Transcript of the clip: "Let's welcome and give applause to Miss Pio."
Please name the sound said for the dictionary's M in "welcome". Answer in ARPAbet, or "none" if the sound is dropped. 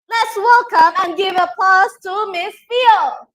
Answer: M